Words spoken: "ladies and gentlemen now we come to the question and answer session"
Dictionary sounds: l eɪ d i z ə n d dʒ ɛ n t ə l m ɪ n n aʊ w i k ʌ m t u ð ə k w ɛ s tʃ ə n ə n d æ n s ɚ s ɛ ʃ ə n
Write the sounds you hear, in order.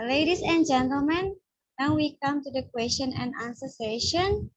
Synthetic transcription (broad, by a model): l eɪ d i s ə n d dʒ ɛ n t ə l m ɪ n n aʊ w i k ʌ m t u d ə k w ɛ s tʃ ə n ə n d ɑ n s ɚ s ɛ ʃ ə n